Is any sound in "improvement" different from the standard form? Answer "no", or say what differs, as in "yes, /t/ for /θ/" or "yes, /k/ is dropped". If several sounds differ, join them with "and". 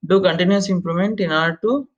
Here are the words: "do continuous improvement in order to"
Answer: yes, /l/ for /ɹ/ and /v/ is dropped